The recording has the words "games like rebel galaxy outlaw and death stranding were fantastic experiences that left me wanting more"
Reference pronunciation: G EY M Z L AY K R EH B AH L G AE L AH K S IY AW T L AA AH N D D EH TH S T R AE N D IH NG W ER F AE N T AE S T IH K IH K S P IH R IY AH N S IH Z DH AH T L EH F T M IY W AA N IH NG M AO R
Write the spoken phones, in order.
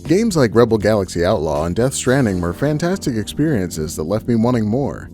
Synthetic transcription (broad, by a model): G EY M Z L AY K R EH B L G AE L AH K S IY AW T L AA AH N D D EH TH S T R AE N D IH NG W ER F AE N T AE S T IH K IH K S P IH R IY AH N S IH Z DH AH T L EH F T M IY W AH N IH NG M AO R